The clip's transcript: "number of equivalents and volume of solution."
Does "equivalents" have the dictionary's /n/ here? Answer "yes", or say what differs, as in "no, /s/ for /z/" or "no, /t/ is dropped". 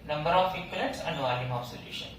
no, /n/ is dropped